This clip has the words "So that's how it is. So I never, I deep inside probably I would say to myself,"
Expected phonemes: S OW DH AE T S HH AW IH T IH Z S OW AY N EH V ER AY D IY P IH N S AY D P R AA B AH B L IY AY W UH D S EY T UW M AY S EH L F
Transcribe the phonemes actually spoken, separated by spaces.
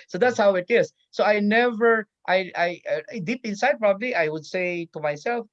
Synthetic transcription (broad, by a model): S OW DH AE T S HH AW IH T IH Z S OW AY N EH V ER AY D IY P IH N S AY D P R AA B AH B L IY AY W UH D S EY T UW M AY S EH L F